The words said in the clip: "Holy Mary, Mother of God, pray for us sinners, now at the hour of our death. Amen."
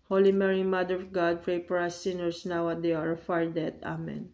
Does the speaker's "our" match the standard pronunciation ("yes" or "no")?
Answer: yes